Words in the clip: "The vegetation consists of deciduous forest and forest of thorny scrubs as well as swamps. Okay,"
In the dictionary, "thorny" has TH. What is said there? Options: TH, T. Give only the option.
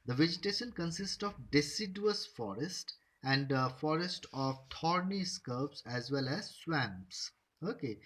T